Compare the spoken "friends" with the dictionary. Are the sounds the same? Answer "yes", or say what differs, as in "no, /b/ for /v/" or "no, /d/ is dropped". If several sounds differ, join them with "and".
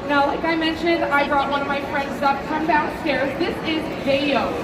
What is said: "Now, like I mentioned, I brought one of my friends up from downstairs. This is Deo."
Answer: yes